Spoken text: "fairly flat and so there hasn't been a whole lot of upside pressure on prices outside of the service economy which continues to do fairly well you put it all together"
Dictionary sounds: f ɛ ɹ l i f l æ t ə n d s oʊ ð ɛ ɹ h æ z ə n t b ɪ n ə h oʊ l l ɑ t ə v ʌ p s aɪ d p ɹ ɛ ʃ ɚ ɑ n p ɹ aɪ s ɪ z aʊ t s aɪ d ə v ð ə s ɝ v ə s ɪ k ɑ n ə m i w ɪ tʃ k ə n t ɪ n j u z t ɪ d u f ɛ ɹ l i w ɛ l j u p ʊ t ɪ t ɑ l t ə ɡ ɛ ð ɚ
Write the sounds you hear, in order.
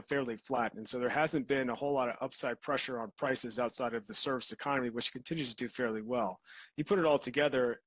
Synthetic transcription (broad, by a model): f ɛ ɹ l i f l æ t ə n s oʊ ð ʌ ɹ h æ z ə n b ɪ n ə h oʊ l l ɑ t ə v ʌ p s aɪ d p ɹ ɛ ʃ ɚ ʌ n p ɹ aɪ s ɪ z aʊ t s aɪ d ə v ð ə s ɝ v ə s ɪ k ɑ n ə m i w ɪ tʃ k n t ɪ n j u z t ɪ d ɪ f ɛ ɹ l i w ɛ l j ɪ p ʊ t ɪ t ɑ l t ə ɡ ɛ ð ɚ